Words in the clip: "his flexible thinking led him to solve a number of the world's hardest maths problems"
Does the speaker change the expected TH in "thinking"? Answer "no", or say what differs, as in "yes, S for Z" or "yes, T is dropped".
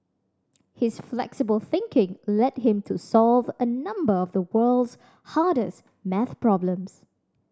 no